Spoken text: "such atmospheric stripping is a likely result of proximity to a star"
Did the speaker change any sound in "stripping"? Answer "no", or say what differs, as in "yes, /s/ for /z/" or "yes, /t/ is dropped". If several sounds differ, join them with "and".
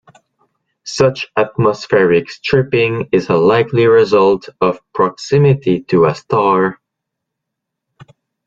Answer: no